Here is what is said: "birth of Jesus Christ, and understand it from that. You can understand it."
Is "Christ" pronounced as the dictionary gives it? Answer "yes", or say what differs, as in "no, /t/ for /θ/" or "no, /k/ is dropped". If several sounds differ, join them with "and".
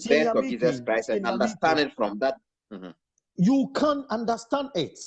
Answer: no, /t/ is dropped